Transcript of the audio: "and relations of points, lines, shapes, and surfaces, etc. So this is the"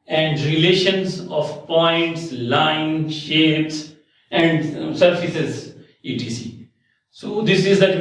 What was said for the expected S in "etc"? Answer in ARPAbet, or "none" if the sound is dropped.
none